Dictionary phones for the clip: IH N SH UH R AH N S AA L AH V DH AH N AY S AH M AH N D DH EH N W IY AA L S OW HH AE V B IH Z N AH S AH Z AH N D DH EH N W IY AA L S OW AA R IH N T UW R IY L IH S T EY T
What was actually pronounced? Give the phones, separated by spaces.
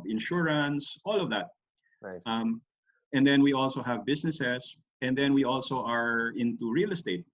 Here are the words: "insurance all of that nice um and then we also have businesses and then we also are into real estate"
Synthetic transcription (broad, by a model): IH N SH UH R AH N S AA L AH V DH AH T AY M AH N D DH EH N W IY AA L S OW HH AE V B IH S N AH S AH S AH N D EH N W IY AA L S OW AA R IH N T UW R IY L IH S T EY T